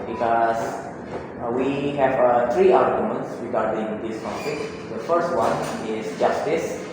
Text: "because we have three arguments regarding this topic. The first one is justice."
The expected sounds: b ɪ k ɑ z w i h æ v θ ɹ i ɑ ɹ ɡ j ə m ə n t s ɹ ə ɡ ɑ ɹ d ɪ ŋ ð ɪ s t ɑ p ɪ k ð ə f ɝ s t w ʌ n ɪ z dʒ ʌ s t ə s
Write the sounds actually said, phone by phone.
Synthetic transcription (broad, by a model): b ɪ k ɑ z w i h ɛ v t ɹ i ɑ l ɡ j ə m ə n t s ɹ ə ɡ ɑ ɹ d ɪ ŋ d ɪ s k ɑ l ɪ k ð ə f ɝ s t w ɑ n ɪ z dʒ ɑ s t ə s